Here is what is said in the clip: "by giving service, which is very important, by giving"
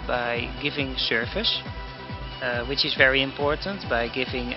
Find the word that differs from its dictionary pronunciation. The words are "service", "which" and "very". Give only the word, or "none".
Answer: service